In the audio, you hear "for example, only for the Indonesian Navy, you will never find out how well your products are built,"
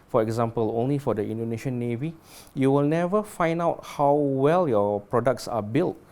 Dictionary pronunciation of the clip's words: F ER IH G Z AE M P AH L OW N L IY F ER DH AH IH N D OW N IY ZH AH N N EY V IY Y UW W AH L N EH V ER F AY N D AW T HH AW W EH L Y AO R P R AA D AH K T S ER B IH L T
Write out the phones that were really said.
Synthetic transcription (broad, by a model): F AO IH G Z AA M P AH L OW N L IY F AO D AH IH N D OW N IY SH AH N N EY V IY Y UW W AH L N EH V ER F AY N D AW T HH AW W EH L Y AO P R AA D AH K T S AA B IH L T